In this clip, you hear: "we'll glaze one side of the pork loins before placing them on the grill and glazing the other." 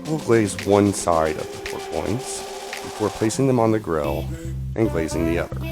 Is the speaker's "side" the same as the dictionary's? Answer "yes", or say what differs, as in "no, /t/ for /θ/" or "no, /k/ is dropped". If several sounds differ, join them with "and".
yes